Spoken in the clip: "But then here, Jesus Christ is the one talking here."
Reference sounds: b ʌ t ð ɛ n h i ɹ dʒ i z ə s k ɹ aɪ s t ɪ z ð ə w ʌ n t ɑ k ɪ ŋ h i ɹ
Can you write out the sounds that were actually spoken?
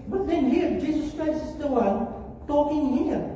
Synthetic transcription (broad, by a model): b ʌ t ð ɛ n h i ɹ dʒ i z ə s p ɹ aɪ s ɪ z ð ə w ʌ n t ɑ k ɪ ŋ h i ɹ